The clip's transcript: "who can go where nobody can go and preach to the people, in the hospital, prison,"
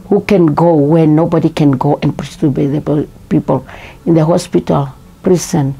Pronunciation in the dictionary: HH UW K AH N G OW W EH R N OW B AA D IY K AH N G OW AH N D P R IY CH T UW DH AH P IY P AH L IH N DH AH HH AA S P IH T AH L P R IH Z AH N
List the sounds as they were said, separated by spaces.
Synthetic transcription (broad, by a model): HH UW K AH N G OW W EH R N OW B AA D IY K AH N G OW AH N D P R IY S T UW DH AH P IY P AH L IH N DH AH HH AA S P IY T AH L P R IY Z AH N